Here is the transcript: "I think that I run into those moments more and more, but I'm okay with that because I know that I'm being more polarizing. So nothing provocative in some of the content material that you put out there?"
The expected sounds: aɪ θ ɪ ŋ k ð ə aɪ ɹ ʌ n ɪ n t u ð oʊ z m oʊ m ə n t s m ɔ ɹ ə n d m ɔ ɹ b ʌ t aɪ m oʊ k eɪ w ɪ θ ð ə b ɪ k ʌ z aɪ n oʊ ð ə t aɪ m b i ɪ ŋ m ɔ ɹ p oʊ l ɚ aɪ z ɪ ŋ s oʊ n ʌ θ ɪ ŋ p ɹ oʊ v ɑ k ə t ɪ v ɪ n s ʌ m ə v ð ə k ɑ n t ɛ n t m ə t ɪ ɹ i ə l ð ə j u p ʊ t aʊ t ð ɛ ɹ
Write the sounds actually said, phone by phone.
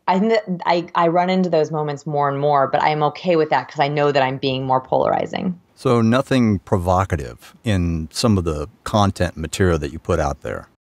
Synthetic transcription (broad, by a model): aɪ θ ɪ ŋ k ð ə aɪ ɹ ʌ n ɪ n t u ð oʊ z m oʊ m ə n t s m ɔ ɹ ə n m ɔ ɹ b ʌ t aɪ m oʊ k eɪ w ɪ ð ə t k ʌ z aɪ n oʊ ð ə t aɪ m b i ɪ ŋ m ɔ ɹ p oʊ l ɚ aɪ z ɪ ŋ s oʊ n ʌ θ ɪ ŋ p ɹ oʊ v ɑ k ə t ɪ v ɪ n s ʌ m ə v ð ə k ɑ n t ɛ n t m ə t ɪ ɹ i l ð ə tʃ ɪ p ʊ t aʊ t ð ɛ ɹ